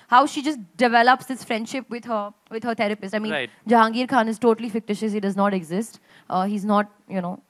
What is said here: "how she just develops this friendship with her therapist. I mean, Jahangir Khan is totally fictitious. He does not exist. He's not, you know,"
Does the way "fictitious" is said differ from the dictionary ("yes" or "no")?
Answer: no